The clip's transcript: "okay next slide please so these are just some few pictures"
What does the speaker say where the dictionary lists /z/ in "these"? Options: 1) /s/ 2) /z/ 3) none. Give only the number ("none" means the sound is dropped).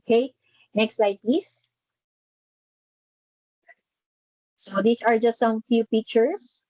1